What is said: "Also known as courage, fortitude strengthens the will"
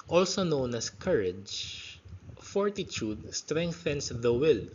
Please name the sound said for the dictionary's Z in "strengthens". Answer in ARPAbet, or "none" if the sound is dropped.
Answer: S